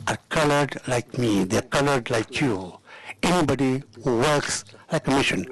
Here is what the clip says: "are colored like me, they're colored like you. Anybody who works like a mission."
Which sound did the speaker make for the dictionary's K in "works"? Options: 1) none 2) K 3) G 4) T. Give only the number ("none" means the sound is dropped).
2